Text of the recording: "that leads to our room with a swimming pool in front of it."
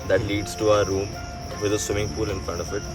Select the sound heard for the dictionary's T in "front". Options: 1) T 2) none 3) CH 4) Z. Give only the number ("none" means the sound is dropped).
2